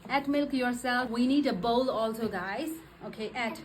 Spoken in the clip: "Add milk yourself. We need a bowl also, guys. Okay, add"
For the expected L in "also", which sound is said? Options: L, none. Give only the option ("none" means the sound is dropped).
L